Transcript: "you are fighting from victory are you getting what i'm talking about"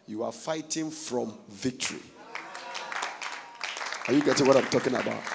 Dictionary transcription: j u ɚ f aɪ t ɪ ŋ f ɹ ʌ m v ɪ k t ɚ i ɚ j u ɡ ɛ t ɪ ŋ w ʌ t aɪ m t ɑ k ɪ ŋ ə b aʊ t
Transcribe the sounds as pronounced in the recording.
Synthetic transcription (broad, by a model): j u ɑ f aɪ t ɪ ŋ f ɹ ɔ m v ɪ k t ɚ i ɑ j u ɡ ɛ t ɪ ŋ w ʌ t aɪ m t ɑ k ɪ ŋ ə b aʊ t